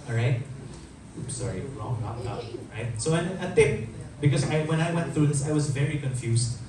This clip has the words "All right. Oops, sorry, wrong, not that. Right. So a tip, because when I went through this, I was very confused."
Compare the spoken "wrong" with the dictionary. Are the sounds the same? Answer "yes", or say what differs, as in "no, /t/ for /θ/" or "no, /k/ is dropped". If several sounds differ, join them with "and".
no, /l/ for /ɹ/